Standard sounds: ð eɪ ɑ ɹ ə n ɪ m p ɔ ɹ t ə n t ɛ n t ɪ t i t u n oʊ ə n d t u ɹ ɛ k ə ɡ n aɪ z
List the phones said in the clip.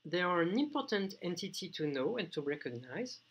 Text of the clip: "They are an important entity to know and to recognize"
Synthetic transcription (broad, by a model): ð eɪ ɑ ɹ ə n ɪ m p ɔ ɹ t ə n t ɛ n t ɪ t i t u n oʊ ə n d t u ɹ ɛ k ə ɡ n aɪ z